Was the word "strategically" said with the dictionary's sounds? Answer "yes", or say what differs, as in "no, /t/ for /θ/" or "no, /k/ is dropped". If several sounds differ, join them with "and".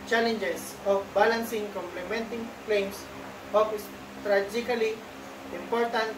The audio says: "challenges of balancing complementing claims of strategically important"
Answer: no, /k/ is dropped